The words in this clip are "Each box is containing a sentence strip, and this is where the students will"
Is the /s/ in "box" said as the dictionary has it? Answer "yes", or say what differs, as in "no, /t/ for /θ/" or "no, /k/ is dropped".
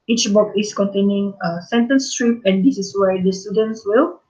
no, /s/ is dropped